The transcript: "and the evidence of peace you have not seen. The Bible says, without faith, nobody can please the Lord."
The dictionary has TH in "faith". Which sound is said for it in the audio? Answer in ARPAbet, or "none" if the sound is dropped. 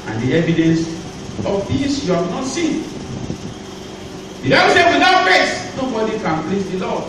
S